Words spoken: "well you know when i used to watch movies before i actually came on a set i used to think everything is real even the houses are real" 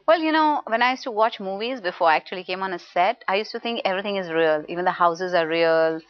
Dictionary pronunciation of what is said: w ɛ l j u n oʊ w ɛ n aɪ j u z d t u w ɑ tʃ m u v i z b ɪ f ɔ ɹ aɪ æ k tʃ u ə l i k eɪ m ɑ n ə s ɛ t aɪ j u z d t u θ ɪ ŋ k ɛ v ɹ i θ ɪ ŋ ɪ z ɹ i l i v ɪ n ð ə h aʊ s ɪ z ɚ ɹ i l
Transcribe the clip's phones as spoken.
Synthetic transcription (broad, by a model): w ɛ l j u n oʊ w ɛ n aɪ j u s t u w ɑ tʃ m u v i z b ɪ f ɔ ɹ aɪ æ k tʃ u ə l i k eɪ m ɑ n ə s ɛ t aɪ j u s t u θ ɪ ŋ k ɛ v ɹ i t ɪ ŋ ɪ z ɹ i l i v ɪ n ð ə h aʊ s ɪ z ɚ ɹ i l